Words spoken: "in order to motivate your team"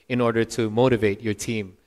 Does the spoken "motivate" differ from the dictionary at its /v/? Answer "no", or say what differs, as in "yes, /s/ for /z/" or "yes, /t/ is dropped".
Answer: no